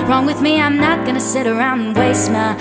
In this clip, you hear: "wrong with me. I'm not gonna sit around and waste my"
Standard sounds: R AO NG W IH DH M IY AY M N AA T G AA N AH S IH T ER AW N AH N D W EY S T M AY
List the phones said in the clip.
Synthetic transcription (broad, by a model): R AO NG W IH DH M IY AY M N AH T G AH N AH S IH T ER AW AH N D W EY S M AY